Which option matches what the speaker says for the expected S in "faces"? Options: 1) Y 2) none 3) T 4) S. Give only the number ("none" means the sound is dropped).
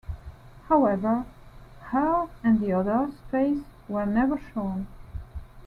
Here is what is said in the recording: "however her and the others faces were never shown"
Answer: 2